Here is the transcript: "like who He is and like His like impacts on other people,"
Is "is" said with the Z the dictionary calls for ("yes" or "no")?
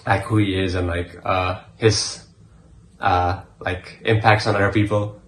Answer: yes